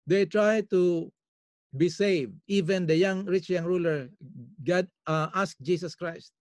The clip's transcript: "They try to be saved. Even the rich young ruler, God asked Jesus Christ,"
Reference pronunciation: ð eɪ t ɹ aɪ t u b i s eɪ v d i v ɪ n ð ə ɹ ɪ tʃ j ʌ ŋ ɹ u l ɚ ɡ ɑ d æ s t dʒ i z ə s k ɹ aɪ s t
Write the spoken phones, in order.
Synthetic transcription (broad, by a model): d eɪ t ɹ aɪ t u b i s eɪ v d i v ɪ n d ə ɹ ɪ tʃ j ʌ ŋ ɹ u l ɚ ɡ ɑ d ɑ s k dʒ i s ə s k ɹ aɪ s t